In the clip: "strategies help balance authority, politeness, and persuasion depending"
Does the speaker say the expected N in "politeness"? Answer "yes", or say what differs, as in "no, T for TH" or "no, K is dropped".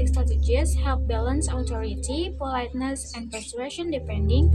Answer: yes